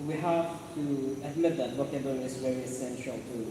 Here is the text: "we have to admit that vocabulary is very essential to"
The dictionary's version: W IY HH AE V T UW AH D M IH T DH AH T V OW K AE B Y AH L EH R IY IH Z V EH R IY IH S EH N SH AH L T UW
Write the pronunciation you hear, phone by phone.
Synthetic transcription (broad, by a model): W IY HH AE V T UW AH D M IH T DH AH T B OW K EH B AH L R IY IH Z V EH R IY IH S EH N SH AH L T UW